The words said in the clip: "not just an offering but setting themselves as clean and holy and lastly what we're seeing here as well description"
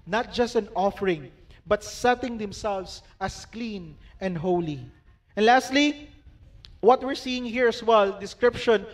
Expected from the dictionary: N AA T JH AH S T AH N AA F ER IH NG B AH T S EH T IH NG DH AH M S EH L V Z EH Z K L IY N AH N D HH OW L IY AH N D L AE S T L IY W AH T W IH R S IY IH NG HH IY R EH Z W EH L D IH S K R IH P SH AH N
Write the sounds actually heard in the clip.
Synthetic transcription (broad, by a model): N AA T JH AH S T AH N AA F ER IH NG B AH T S EH T IH NG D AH M S EH L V S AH S K L IY N AH N D HH OW L IY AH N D L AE S T L IY W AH T W IH R S IY IH NG HH IY R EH S W EH L D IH S K R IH P SH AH N